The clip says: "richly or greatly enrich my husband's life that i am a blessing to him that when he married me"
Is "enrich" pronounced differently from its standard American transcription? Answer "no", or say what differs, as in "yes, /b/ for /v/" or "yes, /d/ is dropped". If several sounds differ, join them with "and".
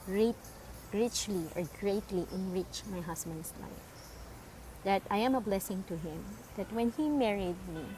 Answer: no